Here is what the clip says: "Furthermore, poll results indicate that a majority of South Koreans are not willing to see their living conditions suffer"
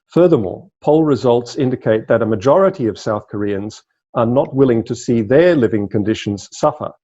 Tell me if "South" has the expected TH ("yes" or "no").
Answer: yes